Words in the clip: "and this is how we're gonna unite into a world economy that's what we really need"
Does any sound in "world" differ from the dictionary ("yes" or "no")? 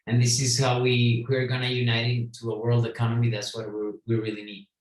no